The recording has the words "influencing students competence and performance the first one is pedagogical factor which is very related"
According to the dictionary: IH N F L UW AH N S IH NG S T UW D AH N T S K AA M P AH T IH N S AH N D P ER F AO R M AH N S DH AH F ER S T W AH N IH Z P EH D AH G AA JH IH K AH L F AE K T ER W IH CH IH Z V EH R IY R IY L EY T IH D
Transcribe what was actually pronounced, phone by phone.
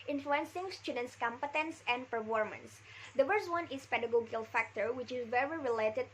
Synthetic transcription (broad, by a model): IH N F L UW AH N S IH NG S T UW D AH N T S K AA M P AH T IH N S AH N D P ER F AO R M AH N S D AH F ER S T W AH N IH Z P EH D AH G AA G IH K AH L F AE K T ER W IH CH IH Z V EH R IY R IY L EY T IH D